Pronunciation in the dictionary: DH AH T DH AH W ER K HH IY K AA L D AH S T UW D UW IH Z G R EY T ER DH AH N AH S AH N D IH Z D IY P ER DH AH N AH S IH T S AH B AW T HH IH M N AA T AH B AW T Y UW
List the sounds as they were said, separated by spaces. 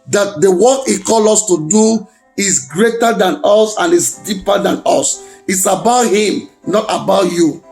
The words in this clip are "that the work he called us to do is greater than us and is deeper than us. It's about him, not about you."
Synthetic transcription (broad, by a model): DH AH T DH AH W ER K HH IY K AA L AO S T UW D UW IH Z G R EY T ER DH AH N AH S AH N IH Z D IY P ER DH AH N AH S IH T S AH B AW T HH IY M N AA T AH B AW T Y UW